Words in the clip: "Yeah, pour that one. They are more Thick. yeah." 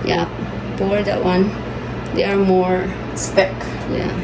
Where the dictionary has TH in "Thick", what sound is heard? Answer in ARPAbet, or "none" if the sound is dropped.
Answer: S